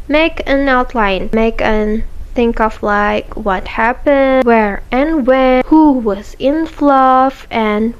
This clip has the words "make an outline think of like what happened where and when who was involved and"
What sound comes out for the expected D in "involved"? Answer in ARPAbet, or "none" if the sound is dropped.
none